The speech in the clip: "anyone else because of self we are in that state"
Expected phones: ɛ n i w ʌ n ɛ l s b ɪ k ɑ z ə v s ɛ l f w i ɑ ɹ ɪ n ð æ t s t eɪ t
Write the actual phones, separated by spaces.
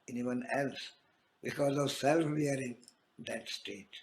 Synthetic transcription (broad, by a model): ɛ n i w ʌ n ɛ l s b ɪ k ɑ z ə v s ɛ l f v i ɑ ɹ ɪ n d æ t s t eɪ t